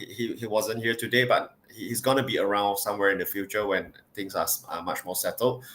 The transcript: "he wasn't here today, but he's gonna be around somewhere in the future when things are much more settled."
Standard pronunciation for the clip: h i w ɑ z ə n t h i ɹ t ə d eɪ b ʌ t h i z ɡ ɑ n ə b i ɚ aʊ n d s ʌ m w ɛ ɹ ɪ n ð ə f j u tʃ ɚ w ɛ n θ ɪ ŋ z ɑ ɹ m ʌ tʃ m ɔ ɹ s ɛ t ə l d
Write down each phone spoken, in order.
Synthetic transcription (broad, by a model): h i w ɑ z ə n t h i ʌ t ə d eɪ b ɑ t h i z ɡ ɑ n ə b i ɚ aʊ n d s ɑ m w ɛ ɹ ɪ n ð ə f j u tʃ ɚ w ɛ n t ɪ ŋ s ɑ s m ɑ tʃ m ɔ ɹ s ɛ t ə l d